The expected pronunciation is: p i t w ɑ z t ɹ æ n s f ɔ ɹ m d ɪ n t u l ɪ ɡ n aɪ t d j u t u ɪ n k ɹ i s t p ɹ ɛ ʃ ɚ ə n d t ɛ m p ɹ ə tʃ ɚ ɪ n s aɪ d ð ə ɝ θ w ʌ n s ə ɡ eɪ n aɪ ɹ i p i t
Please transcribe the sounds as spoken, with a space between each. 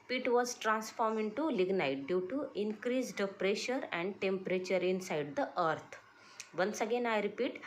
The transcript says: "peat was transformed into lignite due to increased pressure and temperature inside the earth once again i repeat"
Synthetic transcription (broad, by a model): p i t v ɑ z t ɹ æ n s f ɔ ɹ m ɪ n t u l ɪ ɡ n aɪ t d j u t u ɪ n k ɹ i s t p ɹ ɛ ʃ ɚ ə n d t ɛ m p ɹ ə tʃ ɚ ɪ n s aɪ d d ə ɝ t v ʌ n s ə ɡ eɪ n aɪ ɹ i p i t